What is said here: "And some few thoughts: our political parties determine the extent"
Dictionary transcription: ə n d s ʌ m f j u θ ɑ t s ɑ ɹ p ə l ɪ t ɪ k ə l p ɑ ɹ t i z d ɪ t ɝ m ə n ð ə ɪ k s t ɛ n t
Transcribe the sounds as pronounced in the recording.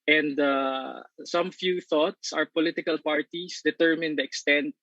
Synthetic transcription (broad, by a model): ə n d s ʌ m f j u θ ɑ t s ɑ ɹ p ə l ɪ t ɪ k ə l p ɑ ɹ t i s d ɪ t ɝ m ə n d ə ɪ k s t ɛ n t